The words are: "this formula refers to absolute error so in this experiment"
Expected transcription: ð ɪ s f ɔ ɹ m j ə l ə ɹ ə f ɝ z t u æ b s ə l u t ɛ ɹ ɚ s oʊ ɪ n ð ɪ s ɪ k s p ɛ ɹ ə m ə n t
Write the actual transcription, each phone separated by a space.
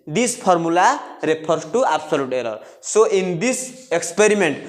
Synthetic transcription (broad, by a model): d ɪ s p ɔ ɹ m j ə l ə ɹ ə p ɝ s t u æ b s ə l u t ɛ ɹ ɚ s oʊ ɪ n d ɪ s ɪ k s p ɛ ɹ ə m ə n t